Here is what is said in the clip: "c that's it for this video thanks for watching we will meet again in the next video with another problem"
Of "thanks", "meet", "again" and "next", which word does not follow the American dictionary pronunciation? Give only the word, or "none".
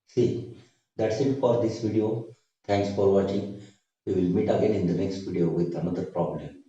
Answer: thanks